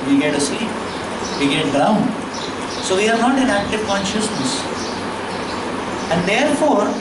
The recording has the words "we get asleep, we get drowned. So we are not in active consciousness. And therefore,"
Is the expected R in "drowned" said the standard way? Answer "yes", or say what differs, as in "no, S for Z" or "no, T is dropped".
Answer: no, R is dropped